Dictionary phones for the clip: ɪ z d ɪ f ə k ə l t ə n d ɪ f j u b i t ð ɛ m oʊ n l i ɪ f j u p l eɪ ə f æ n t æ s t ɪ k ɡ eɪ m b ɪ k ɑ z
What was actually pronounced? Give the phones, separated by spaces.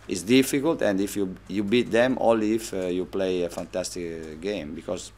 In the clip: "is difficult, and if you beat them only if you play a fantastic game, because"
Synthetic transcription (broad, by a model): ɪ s d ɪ f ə k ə l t ə n d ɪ f j u b i t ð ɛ m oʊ l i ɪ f j u p l eɪ ə f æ n t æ s t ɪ k ɡ eɪ m b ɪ k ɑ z